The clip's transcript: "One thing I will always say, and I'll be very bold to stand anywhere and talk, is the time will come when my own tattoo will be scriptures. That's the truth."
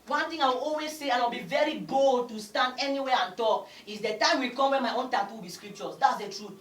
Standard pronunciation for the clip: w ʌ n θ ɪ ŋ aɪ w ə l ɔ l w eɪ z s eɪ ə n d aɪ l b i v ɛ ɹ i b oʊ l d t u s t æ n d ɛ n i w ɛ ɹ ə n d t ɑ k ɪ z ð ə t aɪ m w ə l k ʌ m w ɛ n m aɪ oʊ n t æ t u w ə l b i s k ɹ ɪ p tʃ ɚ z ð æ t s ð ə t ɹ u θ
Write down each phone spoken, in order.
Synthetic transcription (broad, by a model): w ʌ n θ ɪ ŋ aɪ w ə l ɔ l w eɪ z s eɪ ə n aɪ w b i v ɛ ɹ i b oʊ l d t u s t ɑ n d ɛ n i w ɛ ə n t ɑ k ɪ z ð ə t aɪ m w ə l k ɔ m w ɛ n m aɪ oʊ n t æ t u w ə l b i s k ɹ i p tʃ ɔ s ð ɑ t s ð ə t ɹ u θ